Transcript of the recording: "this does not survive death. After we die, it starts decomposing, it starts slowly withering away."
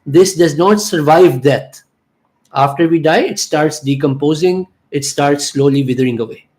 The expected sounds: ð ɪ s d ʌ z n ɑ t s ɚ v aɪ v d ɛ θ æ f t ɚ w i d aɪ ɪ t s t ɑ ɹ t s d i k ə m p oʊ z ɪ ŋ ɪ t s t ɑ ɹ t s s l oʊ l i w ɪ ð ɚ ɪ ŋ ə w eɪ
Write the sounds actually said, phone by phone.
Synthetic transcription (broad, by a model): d ɪ s d ʌ z n ɑ t s ɚ v aɪ v d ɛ t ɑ f t ɚ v i d aɪ ɪ t s t ɑ ɹ t s d i k ə m p oʊ z ɪ ŋ ɪ t s t ɑ ɹ t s s l oʊ l i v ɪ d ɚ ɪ ŋ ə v eɪ